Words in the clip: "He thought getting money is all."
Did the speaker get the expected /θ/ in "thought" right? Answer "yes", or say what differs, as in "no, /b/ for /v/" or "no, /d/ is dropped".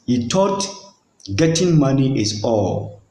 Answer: no, /t/ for /θ/